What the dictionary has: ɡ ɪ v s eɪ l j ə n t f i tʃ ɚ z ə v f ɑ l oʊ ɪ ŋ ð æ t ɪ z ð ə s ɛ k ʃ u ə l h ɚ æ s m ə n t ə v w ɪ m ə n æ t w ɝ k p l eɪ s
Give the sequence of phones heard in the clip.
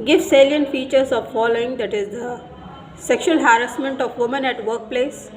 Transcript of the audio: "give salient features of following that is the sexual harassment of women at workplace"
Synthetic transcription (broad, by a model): ɡ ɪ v s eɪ l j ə n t f i tʃ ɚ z ə v f ɑ l oʊ ɪ ŋ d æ t ɪ z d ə s ɛ k ʃ u ə l h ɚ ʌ s m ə n t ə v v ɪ m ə n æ t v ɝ k p l eɪ s